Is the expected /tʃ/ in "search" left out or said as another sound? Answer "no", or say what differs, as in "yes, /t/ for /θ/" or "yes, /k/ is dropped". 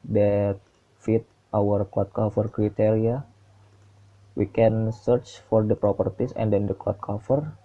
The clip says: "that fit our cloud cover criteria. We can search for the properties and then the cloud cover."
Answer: no